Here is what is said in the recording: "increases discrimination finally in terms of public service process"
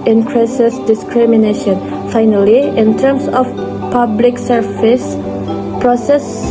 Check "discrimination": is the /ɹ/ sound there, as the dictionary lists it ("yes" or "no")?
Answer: yes